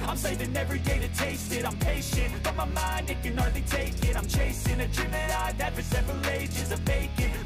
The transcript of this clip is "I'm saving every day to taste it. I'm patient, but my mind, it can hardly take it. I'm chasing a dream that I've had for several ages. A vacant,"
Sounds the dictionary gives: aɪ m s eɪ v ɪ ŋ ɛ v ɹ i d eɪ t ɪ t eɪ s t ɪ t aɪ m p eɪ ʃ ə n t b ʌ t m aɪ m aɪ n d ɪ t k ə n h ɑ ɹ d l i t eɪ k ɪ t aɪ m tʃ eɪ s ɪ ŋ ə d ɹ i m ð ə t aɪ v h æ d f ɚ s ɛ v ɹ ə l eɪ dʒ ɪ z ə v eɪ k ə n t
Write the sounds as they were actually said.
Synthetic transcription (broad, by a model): aɪ m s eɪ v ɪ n ɛ v ɹ i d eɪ t ɪ t eɪ s t ɪ t aɪ m p eɪ ʃ ə n t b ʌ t m aɪ m aɪ n d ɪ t k ə n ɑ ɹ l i t eɪ k ɪ t aɪ m tʃ eɪ s ɪ ŋ ə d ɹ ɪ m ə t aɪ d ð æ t f ɚ s ɛ v ɹ ə l eɪ dʒ ɪ z ə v eɪ k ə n